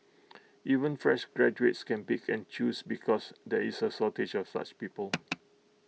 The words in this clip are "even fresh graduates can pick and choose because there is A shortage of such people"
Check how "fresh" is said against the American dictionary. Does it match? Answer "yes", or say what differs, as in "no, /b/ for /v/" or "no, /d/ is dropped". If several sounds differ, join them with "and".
yes